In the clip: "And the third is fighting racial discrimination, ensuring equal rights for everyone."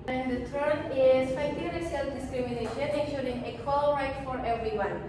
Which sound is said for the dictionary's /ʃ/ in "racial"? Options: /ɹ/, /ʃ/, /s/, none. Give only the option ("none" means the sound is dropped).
/s/